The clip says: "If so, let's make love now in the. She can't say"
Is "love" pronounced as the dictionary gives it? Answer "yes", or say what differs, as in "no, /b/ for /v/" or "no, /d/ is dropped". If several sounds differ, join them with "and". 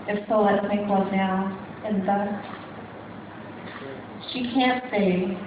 no, /w/ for /l/